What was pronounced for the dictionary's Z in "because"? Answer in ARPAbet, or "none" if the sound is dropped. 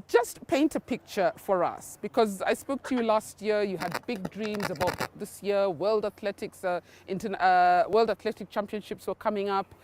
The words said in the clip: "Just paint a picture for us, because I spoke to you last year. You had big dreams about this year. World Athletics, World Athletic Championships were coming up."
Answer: Z